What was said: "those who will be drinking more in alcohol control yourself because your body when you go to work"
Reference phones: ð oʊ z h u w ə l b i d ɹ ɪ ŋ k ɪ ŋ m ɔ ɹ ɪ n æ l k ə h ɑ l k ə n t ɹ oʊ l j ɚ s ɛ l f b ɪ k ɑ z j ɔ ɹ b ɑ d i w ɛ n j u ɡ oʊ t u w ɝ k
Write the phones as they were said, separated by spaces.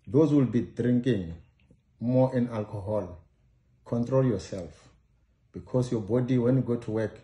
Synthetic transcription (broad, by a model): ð oʊ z w ə l b i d ɹ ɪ ŋ k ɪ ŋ m ɔ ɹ ɪ n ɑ l k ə h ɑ l k ə n t ɹ oʊ l j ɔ s ɛ l f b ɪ k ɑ s j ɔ b ɑ d i w ɛ n j u ɡ oʊ t u w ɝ k